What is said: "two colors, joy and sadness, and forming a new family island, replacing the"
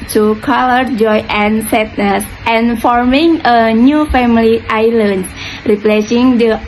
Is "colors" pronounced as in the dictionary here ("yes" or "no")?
no